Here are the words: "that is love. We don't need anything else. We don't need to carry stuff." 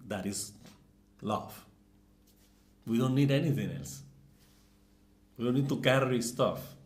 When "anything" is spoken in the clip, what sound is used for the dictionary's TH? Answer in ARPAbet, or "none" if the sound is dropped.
T